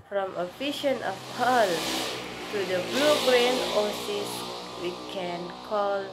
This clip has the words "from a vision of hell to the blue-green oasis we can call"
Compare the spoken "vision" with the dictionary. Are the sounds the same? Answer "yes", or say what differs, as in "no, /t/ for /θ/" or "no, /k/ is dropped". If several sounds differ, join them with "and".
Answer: no, /f/ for /v/ and /ʃ/ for /ʒ/